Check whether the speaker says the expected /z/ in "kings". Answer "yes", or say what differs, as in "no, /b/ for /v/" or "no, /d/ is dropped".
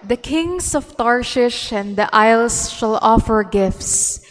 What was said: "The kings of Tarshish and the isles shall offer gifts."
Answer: no, /s/ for /z/